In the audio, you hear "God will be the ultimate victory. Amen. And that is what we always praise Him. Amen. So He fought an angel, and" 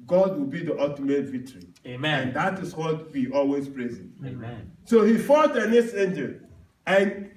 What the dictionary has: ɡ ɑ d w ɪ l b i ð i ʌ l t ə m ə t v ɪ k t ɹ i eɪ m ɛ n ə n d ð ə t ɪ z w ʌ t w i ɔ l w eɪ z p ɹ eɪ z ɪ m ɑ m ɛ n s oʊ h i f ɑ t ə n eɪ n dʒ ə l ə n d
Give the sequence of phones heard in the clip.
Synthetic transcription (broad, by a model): ɡ ɑ d w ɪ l b i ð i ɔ t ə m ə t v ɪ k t ɹ i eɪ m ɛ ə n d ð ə t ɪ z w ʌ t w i ɔ l w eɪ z p ɹ eɪ z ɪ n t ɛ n s oʊ h i f ɑ t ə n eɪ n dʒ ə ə n